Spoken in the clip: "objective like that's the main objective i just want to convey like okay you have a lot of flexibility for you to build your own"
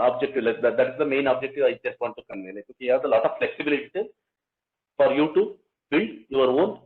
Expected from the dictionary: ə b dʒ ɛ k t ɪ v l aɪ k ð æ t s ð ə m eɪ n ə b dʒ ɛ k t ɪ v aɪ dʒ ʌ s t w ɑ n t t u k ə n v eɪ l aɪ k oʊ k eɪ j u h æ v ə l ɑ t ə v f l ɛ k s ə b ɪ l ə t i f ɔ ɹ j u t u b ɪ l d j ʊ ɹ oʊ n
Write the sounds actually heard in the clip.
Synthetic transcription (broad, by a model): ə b dʒ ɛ k t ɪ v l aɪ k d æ t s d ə m eɪ n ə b dʒ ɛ k t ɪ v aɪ dʒ ʌ s t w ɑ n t t u k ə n eɪ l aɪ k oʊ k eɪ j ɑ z ə l ɑ t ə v f l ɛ k s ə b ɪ l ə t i f ɔ ɹ j u t u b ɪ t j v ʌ ɹ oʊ n